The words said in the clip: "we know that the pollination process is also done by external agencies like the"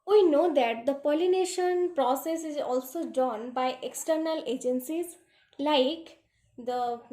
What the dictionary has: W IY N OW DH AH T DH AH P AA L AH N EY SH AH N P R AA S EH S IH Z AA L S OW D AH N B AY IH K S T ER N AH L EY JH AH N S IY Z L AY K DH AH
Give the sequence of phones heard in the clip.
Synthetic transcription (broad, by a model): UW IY N OW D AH T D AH P AA L AH N EY SH AH N P R AA S EH S IH Z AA L S OW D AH N B AY IH K S T ER N AH L EY JH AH N S IY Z L AY K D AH